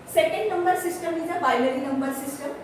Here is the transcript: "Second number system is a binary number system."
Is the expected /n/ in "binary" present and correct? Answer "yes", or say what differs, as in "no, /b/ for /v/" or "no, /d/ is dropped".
no, /l/ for /n/